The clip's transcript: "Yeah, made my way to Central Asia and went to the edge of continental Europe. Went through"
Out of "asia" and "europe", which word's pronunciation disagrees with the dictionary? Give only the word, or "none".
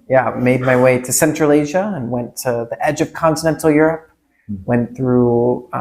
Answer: none